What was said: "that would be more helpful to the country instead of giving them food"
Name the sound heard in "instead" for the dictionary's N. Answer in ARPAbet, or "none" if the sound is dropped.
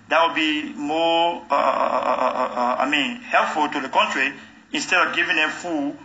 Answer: N